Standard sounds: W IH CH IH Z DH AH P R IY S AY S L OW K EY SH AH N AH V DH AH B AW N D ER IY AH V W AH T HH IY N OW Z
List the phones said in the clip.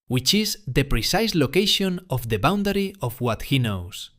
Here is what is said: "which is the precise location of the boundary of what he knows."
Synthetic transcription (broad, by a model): W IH CH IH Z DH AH P R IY S AY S L OW K EY SH AH N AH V DH AH B AW N D ER IY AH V W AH T HH IY N OW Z